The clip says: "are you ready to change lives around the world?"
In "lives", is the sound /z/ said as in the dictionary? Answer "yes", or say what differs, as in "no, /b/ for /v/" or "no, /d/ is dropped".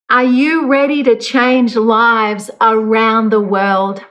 yes